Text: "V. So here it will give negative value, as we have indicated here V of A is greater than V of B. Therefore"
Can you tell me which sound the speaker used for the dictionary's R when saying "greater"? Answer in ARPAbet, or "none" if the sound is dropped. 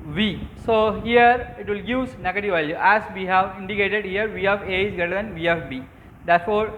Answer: none